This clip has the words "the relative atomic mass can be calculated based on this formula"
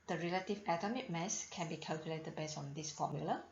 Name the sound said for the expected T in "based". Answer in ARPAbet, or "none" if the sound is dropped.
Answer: none